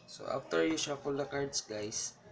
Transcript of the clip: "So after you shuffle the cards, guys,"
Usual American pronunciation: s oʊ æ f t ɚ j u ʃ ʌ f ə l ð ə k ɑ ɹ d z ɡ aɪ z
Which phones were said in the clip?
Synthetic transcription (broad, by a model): s oʊ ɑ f t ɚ j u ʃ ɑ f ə l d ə k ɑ ɹ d s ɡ aɪ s